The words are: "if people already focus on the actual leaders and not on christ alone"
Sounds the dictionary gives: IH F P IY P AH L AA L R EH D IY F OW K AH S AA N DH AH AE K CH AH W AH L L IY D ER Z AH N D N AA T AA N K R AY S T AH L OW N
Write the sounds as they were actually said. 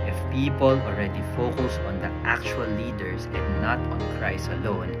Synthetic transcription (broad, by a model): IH F P IY P AH L AA L R EH D IY F OW K AH S AA N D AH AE K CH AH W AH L L IY D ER S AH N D N AA T AA N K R AY S AH L OW N